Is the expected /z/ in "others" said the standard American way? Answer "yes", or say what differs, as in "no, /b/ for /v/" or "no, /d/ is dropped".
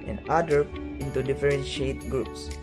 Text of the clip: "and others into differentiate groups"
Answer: no, /z/ is dropped